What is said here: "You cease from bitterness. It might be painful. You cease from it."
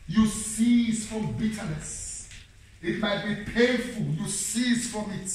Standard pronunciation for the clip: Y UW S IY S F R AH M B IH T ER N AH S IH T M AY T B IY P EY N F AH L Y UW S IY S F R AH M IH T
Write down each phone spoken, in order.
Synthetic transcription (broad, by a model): Y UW S IY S F R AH M B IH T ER N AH S IH T M AY T B IY P EY F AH L Y UW S IY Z F R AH M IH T